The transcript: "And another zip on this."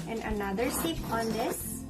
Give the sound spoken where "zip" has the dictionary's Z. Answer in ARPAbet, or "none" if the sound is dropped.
S